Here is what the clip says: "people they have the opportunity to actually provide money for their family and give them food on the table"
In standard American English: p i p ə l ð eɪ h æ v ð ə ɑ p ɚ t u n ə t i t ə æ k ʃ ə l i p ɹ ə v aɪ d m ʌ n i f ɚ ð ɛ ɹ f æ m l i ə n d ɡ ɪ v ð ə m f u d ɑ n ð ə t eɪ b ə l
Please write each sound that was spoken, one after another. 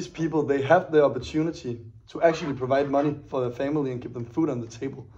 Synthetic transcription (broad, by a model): p i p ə l ð eɪ h æ v ð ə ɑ p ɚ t u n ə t i t ə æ k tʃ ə l i p ɹ ə v aɪ d m ʌ n i f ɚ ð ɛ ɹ f æ m l i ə n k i p ð ə m f u d n ð ə t eɪ b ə l